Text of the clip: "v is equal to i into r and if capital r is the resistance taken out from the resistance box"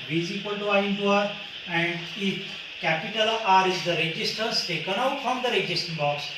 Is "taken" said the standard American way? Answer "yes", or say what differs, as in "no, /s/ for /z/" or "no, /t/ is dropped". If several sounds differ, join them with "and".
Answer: yes